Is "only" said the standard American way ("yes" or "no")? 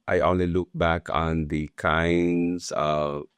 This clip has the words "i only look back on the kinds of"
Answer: yes